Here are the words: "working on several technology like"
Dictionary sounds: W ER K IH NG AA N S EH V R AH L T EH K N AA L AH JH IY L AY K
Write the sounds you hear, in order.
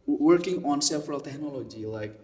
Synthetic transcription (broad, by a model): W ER K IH NG AA N S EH F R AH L T EH K N AA L AH JH IY L AY K